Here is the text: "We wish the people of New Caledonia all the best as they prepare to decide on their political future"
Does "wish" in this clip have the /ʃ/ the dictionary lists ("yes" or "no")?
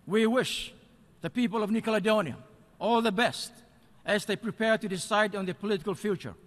yes